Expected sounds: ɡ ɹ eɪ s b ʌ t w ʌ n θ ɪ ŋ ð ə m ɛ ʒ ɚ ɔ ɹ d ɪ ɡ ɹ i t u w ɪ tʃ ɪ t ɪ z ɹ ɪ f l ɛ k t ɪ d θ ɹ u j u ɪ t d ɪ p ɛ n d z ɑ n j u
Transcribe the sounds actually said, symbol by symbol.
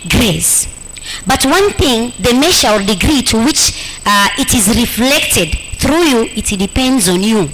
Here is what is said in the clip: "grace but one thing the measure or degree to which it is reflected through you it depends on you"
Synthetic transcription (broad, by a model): ɡ ɹ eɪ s b ʌ t w ʌ n θ ɪ ŋ ð ə m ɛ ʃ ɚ ɔ ɹ d ɪ ɡ ɹ i t u w ɪ tʃ ɪ t ɪ z ɹ ɪ f l ɛ k t ɪ d θ ɹ u j u ɪ t d ɪ p ɛ n d z ɑ n j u